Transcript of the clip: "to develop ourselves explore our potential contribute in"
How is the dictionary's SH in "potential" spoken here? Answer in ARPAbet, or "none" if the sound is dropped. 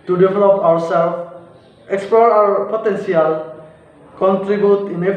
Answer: S